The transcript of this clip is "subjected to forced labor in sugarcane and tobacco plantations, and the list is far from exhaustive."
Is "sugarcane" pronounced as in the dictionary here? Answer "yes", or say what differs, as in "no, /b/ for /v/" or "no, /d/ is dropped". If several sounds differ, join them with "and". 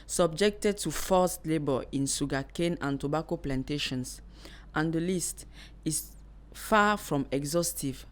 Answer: no, /s/ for /ʃ/